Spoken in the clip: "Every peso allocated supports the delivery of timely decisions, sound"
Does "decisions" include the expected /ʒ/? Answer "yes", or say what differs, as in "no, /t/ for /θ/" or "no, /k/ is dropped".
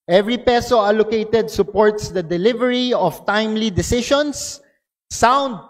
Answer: no, /ʃ/ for /ʒ/